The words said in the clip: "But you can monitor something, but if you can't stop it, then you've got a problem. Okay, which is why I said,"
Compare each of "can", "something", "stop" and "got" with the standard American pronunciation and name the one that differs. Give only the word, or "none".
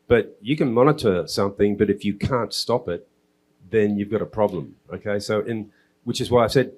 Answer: none